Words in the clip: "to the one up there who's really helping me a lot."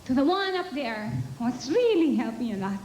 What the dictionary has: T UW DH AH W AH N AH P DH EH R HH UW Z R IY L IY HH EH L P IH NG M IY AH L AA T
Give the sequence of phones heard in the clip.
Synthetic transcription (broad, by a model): T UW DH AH W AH N AH P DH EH R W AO S R IY L IY HH EH L P IH NG AH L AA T